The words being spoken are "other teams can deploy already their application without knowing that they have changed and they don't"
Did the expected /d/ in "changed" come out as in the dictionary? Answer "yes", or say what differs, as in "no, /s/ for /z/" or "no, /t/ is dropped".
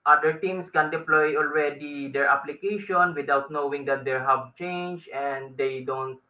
no, /d/ is dropped